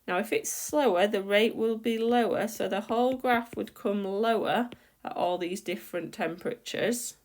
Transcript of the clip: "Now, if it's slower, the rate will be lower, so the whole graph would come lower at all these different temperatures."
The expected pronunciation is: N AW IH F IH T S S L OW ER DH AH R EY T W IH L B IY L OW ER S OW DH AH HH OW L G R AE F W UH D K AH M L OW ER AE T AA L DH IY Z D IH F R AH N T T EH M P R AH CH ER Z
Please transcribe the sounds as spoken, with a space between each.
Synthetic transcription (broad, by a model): N AW IH F IH T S S L OW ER DH AH R EY T W IH L B IY L OW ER S OW DH AH HH OW L G R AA F W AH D K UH M L OW ER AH T AA L DH IY Z D IH F R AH N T T EH M P R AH CH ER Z